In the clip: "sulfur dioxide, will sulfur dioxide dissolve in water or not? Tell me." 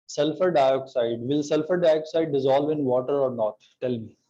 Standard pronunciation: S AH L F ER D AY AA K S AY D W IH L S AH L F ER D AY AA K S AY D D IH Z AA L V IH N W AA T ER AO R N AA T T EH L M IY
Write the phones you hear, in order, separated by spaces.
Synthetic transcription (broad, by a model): S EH L F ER D AY AA K S AY D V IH L S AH L F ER D AY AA K S AY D D IH Z AA L V IH N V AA T ER AO R N AA T T EH L M IY